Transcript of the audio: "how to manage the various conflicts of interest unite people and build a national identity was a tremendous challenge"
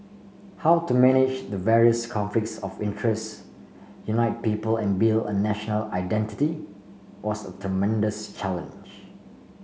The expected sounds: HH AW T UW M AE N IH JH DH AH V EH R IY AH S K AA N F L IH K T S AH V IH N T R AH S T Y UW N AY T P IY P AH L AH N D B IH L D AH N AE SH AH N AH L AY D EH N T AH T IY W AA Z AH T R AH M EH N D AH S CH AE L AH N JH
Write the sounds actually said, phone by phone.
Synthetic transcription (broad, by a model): HH AW T UW M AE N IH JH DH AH V EH R IY AH S K AA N F L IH K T S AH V IH N T R AH S T Y UW N AY T P IY P AH L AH N B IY L AH N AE SH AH N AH L AY D EH N T AH T IY W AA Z AH T R AH M EH N D AH S CH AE L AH N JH